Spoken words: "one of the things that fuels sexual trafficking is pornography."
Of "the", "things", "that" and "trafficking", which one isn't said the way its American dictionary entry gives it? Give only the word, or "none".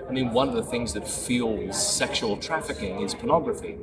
none